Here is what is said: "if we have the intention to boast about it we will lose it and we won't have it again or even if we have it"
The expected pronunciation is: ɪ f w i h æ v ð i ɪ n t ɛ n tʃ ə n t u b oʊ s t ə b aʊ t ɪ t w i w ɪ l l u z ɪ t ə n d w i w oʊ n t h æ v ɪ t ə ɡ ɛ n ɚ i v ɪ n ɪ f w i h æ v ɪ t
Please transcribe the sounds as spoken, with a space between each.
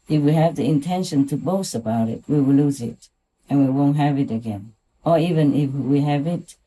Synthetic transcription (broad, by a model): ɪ f w i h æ v ð i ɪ n t ɛ n ʃ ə n t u b oʊ s t ə b aʊ t ɪ t w i w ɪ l l u z ɪ t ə n w i w oʊ n t h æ v ɪ t ə ɡ ɛ n ɚ i v ɪ n ɪ f w i h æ v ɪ t